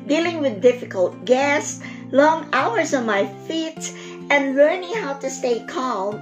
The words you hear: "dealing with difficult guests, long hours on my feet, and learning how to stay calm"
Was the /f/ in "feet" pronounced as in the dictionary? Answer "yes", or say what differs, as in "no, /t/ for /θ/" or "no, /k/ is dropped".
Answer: yes